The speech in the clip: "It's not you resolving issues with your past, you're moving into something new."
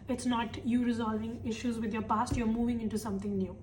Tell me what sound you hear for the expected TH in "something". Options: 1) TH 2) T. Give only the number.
2